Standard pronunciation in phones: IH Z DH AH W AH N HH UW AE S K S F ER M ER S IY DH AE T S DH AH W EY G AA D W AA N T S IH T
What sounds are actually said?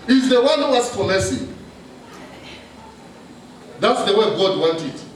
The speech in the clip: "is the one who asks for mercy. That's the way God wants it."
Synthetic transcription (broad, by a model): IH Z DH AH W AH N HH UW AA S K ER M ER S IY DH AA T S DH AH W EY G AA D W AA N T IH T